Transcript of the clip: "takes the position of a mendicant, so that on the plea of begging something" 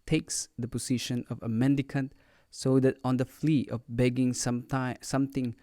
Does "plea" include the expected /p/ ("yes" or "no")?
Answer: no